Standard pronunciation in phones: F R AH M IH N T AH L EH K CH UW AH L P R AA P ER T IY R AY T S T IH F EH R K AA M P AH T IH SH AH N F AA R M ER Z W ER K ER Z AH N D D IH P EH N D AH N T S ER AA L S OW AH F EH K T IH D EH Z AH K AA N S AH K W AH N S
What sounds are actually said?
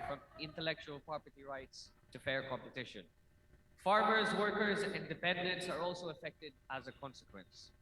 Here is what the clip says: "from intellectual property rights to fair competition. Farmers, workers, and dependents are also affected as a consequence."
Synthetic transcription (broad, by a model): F R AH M IH N T AH L EH K CH UW AH L P R AA P ER T IY R AY T S T IH F EH R K AA M P AH T IH SH AH N F AA R M ER Z W ER K ER Z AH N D D IH P EH N D AH N T S ER AA L S OW AH F EH K T IH D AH Z AH K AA N S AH K W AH N S